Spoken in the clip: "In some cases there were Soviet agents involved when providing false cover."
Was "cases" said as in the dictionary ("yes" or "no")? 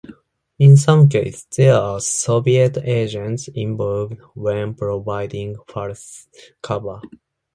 no